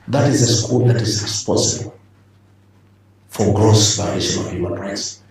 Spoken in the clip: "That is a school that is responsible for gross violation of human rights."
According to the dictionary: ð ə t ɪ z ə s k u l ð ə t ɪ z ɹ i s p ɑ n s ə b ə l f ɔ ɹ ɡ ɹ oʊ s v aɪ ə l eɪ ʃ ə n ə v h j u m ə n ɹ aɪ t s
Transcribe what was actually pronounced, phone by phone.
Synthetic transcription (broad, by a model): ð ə t ɪ z ə s k u l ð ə t ɪ z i s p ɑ s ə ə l f ɔ ɹ ɡ ɹ oʊ s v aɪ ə eɪ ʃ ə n ə v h j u m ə n ɹ aɪ t s